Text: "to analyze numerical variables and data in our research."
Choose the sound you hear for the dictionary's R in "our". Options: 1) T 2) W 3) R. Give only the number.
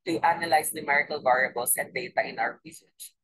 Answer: 2